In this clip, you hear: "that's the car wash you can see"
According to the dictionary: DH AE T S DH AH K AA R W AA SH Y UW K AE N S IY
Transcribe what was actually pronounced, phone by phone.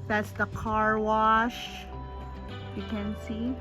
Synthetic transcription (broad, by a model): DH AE T S DH AH K AA R W AA SH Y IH K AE N S IY